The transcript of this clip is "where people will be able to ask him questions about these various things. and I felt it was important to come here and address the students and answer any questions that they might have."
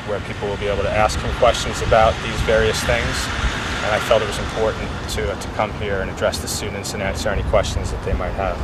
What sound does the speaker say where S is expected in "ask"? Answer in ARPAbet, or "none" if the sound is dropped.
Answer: S